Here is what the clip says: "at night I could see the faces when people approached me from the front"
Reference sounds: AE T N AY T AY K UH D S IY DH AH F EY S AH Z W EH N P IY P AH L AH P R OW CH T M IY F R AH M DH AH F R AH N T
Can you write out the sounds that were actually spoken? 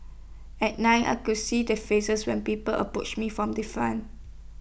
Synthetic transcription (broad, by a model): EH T N AY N AY K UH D S IY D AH F EY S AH S W EH N P IY P AH L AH P R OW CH M IY F R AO M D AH F AA N